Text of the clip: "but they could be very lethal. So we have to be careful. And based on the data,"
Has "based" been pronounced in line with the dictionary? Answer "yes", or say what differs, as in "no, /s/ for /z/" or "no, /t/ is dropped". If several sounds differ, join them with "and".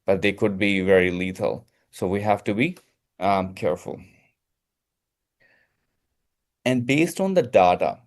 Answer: yes